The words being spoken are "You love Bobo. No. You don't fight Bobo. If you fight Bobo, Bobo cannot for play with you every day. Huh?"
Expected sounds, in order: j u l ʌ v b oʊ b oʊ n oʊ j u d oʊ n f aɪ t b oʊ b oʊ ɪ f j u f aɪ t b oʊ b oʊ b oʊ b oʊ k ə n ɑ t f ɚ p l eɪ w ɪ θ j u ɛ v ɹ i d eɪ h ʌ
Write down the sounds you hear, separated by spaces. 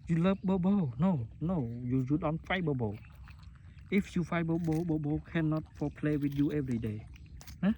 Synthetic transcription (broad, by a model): j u l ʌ p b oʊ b oʊ n oʊ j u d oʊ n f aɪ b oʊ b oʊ ɪ f j u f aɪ b oʊ b oʊ b oʊ b oʊ k ə n ɑ t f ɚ p l eɪ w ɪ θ j u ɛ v ɹ i d eɪ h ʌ